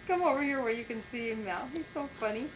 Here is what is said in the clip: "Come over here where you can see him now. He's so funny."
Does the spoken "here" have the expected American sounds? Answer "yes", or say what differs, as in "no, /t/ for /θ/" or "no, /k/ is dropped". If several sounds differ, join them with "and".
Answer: yes